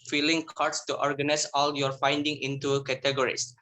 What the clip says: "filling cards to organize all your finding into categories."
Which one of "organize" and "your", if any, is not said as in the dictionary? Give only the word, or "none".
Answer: organize